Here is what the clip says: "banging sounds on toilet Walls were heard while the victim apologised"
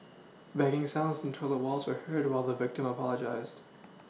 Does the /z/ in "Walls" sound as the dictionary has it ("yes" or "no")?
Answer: yes